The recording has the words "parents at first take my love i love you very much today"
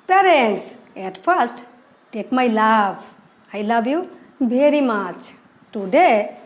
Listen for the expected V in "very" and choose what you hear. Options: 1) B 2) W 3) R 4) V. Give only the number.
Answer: 1